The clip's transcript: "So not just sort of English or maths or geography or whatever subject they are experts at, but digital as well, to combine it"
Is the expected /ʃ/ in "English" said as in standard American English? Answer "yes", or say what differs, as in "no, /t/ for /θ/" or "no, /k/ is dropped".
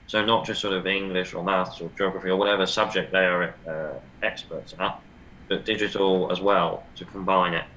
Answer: yes